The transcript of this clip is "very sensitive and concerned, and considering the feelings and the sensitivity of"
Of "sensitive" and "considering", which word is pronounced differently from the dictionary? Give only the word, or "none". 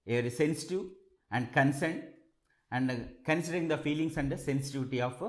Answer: sensitive